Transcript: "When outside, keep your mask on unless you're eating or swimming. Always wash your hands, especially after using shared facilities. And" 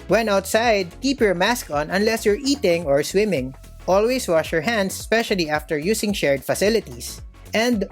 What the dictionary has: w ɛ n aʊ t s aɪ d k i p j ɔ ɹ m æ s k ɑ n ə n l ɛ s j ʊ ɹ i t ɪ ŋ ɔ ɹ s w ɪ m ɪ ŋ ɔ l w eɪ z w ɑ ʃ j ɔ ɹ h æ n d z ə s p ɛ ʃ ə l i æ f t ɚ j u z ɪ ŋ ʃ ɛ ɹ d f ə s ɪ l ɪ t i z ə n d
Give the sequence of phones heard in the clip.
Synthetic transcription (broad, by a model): w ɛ n aʊ t s aɪ d k i p j ɔ ɹ m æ s k ɑ n ə n l ɛ s j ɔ ɹ i t ɪ ŋ ɔ ɹ s w ɪ m ɪ ŋ ɔ l w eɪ s w ɑ ʃ j ɔ ɹ h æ n d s s p ɛ ʃ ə l i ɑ f t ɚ j u s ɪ ŋ ʃ ɛ ɹ d f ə s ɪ l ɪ t i s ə n d